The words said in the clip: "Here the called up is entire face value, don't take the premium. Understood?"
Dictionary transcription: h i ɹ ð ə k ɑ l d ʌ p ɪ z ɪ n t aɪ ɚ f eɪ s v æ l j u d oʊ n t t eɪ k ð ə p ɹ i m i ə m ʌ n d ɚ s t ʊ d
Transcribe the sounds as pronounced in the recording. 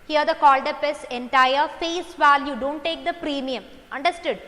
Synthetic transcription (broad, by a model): h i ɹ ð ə k ɑ l d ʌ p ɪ s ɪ n t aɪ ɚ f eɪ s v æ l j u d oʊ n t t eɪ k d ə p ɹ i m i ə m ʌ n d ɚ s t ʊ d